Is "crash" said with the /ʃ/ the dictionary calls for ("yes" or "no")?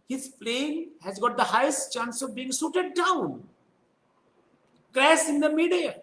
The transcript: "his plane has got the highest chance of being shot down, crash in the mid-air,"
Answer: no